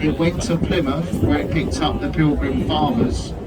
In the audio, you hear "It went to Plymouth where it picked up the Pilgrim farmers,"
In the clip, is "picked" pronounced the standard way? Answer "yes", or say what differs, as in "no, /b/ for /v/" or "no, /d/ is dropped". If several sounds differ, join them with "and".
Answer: yes